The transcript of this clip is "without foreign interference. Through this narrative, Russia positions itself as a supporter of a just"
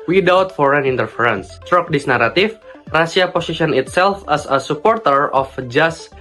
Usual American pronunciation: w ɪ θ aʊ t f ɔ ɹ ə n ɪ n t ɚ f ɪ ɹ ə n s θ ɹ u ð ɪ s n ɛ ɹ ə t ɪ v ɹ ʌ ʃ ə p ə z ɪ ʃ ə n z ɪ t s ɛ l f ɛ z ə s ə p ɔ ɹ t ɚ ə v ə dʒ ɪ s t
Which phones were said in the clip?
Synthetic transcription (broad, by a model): w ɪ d aʊ t f ɔ ɹ ə n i n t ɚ f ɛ ɹ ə n s t ɹ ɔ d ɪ s n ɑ ɹ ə t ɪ f ɹ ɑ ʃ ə p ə s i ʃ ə n ɪ t s ɛ l f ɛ s ə s ə p ɔ ɹ t ɚ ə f dʒ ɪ s